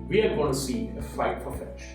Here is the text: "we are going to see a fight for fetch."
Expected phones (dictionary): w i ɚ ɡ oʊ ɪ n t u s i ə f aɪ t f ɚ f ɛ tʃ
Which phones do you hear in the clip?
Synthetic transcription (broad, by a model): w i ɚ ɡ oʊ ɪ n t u s i ə f aɪ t p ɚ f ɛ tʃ